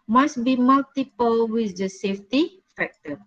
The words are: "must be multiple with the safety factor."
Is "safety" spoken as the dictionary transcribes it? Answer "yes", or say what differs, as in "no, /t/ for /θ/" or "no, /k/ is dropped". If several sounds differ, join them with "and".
yes